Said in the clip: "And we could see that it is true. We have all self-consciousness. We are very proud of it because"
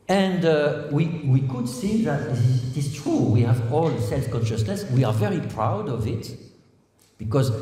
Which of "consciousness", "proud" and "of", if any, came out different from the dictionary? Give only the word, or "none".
none